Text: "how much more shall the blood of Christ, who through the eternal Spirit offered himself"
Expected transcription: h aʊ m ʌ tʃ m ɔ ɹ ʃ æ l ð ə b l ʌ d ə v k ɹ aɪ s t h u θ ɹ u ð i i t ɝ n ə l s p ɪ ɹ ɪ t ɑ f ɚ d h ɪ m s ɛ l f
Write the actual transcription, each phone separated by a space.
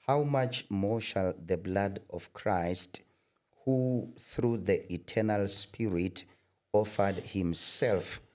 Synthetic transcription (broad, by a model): h aʊ m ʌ tʃ m ɔ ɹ ʃ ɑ l ð ə b l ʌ d ə v k ɹ aɪ s t h u θ ɹ u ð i i t ɝ n ə l s p ɪ ɹ ɪ t ɑ f ɚ d h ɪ m s ɛ l f